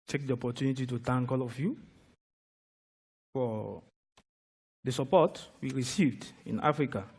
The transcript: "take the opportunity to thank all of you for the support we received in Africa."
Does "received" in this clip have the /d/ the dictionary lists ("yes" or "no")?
yes